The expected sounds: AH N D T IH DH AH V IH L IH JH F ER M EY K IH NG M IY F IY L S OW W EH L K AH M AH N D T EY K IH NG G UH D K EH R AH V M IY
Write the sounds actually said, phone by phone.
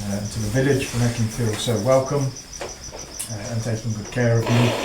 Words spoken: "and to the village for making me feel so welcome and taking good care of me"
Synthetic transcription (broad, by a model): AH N T IH DH AH V IH L IH JH F ER M EY K IH NG F IY L S OW W EH L K AH M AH N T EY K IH G UH D K EH R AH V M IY